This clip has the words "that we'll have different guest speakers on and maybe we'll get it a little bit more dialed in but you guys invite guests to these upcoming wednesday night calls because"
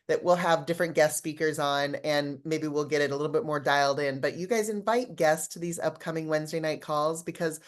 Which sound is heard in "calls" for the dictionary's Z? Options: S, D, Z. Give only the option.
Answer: Z